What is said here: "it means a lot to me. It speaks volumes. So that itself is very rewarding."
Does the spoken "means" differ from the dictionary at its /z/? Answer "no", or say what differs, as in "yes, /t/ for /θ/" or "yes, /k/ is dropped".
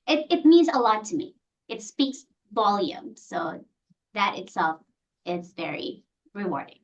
no